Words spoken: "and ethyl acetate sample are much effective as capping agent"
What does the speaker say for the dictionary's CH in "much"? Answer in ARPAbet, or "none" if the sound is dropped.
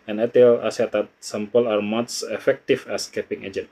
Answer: S